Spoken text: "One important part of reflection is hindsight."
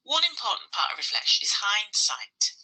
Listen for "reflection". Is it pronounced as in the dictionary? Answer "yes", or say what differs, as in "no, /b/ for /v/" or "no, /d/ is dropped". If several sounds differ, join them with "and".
no, /k/ is dropped